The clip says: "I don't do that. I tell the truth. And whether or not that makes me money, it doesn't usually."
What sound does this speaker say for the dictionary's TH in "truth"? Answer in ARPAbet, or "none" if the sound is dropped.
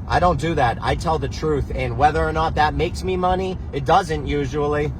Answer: TH